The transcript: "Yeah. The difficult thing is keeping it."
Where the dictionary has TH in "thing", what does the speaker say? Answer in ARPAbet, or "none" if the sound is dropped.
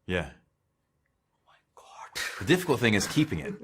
TH